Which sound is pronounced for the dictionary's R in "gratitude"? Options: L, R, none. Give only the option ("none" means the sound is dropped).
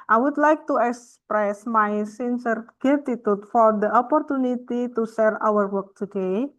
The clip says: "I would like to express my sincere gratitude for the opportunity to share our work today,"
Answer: none